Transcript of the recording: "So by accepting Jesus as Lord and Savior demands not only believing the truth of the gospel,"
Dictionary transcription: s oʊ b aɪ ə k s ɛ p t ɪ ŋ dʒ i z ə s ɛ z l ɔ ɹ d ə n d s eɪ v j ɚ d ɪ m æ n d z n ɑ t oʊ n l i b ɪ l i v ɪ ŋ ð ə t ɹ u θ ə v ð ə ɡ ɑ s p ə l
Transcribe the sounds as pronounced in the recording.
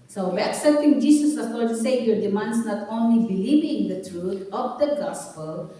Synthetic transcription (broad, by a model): s oʊ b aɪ ə k s ɛ p t ɪ ŋ dʒ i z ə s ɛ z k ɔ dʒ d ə s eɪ j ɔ d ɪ m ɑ n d s n ɑ t oʊ n l i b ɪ l i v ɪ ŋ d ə t ɹ u t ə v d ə ɡ ɑ s p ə l